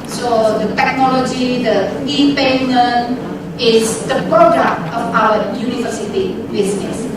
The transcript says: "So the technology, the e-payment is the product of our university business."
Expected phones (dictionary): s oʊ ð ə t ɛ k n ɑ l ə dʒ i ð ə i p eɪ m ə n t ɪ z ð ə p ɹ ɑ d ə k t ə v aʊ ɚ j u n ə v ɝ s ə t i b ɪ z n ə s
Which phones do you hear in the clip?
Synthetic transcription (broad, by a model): s oʊ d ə t ɛ k n ɑ l ə dʒ i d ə i p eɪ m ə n ɪ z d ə p ɹ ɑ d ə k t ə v aʊ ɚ j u n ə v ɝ s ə t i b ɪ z n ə s